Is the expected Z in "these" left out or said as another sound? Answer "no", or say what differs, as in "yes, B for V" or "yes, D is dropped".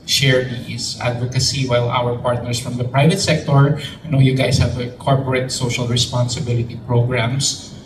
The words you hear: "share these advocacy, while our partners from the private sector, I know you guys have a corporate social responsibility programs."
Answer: yes, S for Z